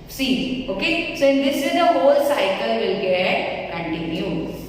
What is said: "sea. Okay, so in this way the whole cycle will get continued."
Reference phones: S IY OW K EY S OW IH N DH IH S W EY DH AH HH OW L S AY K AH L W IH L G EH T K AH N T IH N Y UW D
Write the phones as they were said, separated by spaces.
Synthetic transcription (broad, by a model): S IY OW K EY S OW IH N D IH S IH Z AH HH OW L S AY K AH L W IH L G EH T K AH N T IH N Y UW